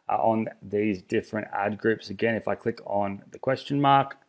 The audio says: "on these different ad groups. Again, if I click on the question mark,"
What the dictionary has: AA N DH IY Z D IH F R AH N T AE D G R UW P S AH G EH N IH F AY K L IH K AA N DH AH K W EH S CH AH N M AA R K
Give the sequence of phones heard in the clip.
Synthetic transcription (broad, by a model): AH N DH IY Z D IH F R AH N T AE D G R UW P S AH G EH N IH F AY K L IH K N DH AH K W EH S CH AH N M AA R K